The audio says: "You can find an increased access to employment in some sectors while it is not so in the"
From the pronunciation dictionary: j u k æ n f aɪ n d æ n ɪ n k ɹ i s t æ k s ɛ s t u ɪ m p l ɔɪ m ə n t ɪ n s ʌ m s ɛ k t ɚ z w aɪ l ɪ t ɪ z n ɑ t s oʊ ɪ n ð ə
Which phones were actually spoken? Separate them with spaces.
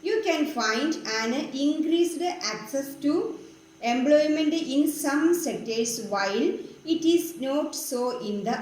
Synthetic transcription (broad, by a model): j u k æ n f aɪ n d æ n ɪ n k ɹ i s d æ k s ɛ s t u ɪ m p l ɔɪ m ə n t ɪ n s ʌ m s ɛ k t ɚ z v aɪ l ɪ t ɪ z n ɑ t s oʊ ɪ n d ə